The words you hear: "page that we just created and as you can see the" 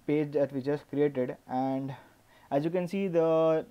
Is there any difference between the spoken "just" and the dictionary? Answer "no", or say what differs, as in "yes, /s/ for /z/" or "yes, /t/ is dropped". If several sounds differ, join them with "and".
yes, /tʃ/ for /dʒ/